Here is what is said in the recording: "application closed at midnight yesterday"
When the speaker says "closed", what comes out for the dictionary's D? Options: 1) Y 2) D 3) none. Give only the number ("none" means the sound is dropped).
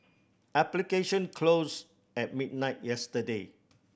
3